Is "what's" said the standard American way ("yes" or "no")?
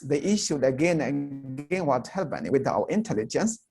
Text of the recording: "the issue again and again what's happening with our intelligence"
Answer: no